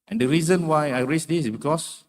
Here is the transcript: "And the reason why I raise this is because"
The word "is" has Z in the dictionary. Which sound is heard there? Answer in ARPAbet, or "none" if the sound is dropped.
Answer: S